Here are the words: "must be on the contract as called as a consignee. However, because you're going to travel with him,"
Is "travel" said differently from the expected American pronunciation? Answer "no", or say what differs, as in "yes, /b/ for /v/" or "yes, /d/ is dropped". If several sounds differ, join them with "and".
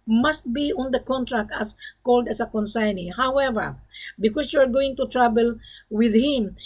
yes, /b/ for /v/